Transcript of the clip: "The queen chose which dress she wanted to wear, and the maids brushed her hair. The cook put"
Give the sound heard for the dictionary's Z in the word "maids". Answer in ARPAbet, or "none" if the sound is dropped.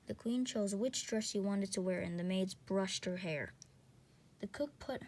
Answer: Z